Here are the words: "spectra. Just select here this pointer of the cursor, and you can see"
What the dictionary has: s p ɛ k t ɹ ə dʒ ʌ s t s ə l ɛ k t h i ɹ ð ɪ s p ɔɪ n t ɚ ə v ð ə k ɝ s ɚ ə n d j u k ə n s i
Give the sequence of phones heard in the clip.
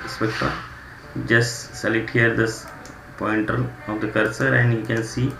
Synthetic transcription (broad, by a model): s p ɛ k t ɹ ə dʒ ʌ s t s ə l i t h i ɹ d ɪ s p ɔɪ n t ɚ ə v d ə k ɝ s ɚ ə n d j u k ə n s i